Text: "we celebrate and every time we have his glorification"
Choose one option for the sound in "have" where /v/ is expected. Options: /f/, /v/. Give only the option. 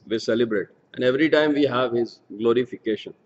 /v/